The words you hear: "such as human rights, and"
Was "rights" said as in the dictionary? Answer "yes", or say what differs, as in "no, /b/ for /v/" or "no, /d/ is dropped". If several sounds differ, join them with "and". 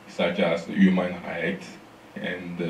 no, /s/ is dropped